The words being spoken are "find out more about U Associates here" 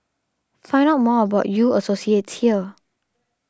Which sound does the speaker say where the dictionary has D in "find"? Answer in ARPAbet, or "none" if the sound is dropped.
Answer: none